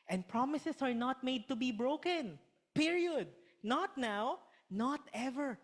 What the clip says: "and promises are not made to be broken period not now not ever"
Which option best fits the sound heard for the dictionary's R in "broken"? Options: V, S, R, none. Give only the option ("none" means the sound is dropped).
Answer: R